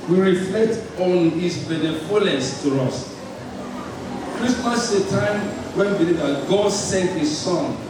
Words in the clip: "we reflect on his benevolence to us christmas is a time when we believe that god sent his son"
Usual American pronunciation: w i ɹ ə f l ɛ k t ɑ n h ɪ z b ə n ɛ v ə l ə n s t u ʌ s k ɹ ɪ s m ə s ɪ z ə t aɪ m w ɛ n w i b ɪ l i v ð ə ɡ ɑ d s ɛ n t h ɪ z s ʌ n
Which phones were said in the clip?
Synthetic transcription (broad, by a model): w i ɹ ə f l ɛ k t ɑ n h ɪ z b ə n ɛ f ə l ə s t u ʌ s k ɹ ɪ s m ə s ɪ t aɪ m w ɛ n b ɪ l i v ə ɡ ɑ d s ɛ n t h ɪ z s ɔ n